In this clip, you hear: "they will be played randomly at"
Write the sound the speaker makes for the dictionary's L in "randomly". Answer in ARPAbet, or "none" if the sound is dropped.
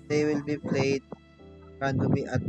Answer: none